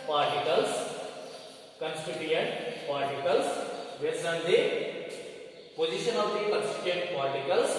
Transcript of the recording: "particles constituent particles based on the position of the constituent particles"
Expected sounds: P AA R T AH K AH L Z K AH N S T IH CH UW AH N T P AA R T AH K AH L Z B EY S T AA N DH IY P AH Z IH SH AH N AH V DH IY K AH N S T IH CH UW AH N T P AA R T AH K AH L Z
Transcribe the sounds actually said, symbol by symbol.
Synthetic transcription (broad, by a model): P AA R T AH K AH L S K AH N S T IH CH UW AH N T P AA R T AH K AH L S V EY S AH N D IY P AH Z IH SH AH N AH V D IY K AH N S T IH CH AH N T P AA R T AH K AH L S